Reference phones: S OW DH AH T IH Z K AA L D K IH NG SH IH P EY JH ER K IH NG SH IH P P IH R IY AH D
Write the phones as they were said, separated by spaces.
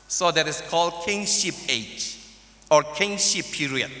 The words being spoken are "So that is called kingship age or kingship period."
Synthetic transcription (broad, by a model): S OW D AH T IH S K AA L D K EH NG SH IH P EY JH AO K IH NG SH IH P P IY R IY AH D